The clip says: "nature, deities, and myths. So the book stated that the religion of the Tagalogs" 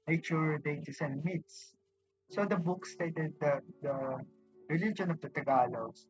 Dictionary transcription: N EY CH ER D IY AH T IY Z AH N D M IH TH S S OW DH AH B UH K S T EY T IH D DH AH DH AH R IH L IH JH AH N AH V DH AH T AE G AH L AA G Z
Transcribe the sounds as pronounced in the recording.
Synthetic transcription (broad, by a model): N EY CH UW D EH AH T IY S AH N D M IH T S S OW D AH B UH K S T EY T IH D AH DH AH R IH L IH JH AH N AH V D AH T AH G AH L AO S